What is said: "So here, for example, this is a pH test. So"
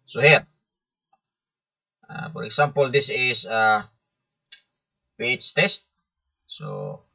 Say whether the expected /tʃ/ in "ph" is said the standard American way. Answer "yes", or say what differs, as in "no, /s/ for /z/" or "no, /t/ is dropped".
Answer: no, /s/ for /tʃ/